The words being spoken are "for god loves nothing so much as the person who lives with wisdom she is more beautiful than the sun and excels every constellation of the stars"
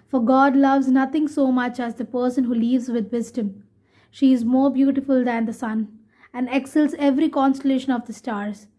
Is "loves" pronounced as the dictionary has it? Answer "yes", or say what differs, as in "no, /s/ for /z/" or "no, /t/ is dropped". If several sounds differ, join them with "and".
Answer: yes